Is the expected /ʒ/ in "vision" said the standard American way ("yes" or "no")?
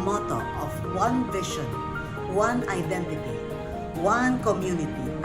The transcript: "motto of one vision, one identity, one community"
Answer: no